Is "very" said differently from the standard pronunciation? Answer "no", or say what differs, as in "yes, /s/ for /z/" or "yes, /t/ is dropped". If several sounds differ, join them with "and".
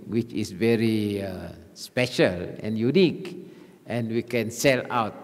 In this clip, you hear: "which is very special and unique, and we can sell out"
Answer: no